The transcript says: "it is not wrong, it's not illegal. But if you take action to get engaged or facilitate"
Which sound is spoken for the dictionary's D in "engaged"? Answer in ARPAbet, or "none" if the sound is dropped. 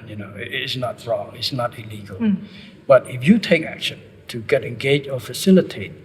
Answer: none